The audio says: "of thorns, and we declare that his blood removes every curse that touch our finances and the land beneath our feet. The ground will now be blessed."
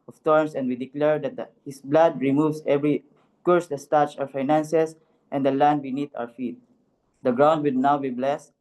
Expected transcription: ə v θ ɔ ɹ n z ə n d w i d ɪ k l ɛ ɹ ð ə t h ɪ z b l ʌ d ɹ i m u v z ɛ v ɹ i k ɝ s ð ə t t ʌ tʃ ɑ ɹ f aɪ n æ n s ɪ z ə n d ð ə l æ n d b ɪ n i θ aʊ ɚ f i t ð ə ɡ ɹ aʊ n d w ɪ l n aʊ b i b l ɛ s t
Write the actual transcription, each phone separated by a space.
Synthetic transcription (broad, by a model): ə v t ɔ ɹ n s ə n d w i d ɪ k l ɛ ɹ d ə t h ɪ s b l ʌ d ɹ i m u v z ɛ v ɹ i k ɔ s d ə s t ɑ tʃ ɑ ɹ f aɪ n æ n s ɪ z ə n d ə l æ n d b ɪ n i t aʊ ɚ f i t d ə ɡ ɹ aʊ n d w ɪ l n aʊ b i b l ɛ s